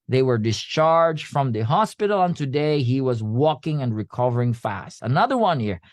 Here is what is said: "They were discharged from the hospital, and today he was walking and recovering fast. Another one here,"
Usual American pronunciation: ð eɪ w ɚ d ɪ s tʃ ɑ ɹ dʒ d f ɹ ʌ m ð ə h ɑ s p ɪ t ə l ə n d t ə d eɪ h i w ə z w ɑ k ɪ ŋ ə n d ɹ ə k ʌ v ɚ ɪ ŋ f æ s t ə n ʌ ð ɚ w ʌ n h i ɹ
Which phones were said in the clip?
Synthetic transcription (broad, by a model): ð eɪ w ɚ d ɪ s tʃ ɑ ɹ dʒ d f ɹ ʌ m ð ə h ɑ s p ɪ t l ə n t ə d eɪ h i w ə z w ɑ k ɪ ŋ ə n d ɹ ə k ʌ v ɚ ɪ ŋ f æ s t ə n ʌ ð ɚ w ʌ n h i ɹ